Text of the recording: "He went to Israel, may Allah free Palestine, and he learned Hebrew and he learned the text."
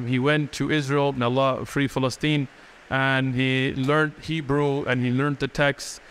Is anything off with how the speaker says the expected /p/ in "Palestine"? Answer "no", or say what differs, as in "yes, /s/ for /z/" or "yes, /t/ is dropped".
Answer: yes, /f/ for /p/